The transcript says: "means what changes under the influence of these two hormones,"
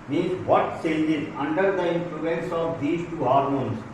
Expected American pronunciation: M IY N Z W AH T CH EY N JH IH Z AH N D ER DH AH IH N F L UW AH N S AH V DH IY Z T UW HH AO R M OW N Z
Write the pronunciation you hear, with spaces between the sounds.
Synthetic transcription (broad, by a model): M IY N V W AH T S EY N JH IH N AH N D ER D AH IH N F L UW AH N S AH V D IY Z T UW HH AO R M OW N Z